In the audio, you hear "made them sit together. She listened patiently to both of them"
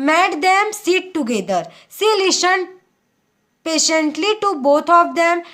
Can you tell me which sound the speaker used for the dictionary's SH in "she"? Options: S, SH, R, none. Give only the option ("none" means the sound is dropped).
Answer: S